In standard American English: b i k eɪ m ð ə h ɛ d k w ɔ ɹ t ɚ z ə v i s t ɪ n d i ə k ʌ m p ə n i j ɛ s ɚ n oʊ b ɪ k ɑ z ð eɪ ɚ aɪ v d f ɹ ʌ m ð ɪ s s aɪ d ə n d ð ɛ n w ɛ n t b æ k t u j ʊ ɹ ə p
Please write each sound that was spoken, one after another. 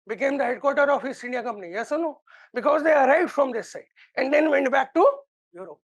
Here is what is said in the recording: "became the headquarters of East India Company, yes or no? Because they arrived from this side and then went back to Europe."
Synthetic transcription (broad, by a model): b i k eɪ m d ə h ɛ d k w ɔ ɹ t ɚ ə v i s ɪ n d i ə k ʌ m p ə n i j ɛ s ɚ n oʊ b ɪ k ɑ z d eɪ ɚ aɪ v d f ɹ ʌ m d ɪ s s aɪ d ə n d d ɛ n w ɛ n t b æ k t u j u ɹ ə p